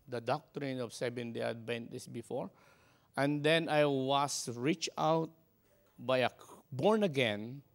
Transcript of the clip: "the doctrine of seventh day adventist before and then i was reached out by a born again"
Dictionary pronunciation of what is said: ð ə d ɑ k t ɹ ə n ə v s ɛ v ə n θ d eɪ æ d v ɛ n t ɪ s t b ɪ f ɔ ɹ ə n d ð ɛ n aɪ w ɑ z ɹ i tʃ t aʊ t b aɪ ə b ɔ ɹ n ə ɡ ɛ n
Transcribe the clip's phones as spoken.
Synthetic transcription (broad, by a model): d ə d ɑ k t ɹ ə n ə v s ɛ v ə n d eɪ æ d b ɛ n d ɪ s b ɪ f ɔ ɹ ə n d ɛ n aɪ w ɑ s ɹ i tʃ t aʊ t b aɪ ə b ɔ ɹ n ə ɡ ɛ n